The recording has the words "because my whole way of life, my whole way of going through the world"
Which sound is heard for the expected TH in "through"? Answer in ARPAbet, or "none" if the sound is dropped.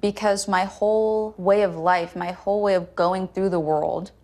TH